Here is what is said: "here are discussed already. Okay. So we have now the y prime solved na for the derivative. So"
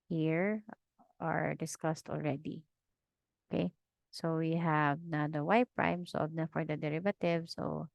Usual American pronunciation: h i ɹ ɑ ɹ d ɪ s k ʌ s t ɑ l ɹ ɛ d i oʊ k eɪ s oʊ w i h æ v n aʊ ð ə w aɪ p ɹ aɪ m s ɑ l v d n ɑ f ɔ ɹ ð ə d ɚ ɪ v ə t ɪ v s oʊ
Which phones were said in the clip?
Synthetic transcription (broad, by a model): h i ɹ ɑ ɹ d ɪ s k ʌ s t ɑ l ɹ ɛ d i oʊ k eɪ s oʊ w i h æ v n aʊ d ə w aɪ p ɹ aɪ m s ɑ v n ɑ f ɔ ɹ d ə d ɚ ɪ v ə t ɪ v s oʊ